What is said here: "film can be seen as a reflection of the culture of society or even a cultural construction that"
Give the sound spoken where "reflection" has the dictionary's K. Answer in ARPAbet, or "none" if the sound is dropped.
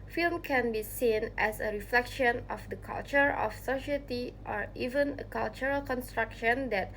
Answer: K